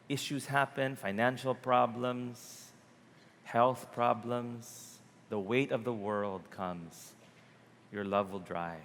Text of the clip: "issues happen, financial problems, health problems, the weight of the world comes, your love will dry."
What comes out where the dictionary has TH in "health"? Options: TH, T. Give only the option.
TH